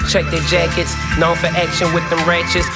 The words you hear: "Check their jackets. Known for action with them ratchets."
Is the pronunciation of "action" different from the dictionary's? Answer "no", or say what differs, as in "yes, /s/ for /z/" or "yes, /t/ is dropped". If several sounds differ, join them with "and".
no